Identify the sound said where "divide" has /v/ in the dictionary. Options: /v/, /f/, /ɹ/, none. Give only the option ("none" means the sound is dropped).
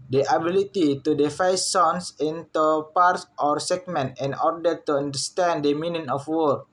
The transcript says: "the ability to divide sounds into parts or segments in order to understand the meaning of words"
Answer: /f/